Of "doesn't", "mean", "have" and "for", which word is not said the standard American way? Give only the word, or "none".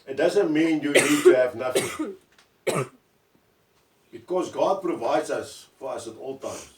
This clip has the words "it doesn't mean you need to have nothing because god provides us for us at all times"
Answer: none